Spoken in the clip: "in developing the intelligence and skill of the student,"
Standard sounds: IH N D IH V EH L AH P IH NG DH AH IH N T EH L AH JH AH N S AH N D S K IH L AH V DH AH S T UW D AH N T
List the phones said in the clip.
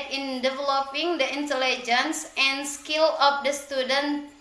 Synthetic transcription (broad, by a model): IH N D IH V EH L AH P IH NG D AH IH N T EH L AH JH AH N S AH N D S K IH L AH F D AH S T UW D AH N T